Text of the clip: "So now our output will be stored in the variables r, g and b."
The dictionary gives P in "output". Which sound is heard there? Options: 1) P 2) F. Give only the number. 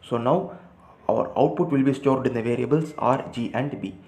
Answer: 1